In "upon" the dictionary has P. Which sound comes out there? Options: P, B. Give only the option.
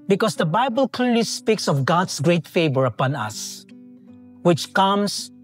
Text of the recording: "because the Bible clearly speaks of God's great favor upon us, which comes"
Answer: P